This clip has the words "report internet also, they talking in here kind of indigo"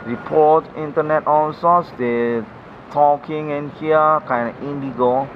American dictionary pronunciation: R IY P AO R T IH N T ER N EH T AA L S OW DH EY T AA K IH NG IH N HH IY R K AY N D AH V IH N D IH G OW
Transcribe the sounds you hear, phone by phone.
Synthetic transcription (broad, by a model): R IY P AO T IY N T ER N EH T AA N S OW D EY T AA K IH NG IH N HH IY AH K AY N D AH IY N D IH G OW